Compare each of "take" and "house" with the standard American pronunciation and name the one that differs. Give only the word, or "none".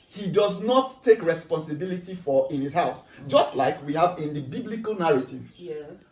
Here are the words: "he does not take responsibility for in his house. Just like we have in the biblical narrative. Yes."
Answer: house